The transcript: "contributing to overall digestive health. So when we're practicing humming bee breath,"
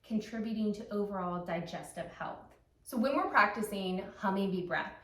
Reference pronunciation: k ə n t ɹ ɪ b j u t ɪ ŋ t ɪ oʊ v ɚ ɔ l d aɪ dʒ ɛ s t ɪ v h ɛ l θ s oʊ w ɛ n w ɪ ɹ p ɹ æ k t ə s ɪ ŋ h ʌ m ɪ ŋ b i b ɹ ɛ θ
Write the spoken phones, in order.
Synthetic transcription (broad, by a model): k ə n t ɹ ɪ b j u t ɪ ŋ t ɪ oʊ v ɚ ɔ l d aɪ dʒ ɛ s t ɪ v h ɛ l θ s oʊ w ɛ n w ɪ ɹ p ɹ æ k t ə s ɪ ŋ h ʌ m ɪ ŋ b i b ɹ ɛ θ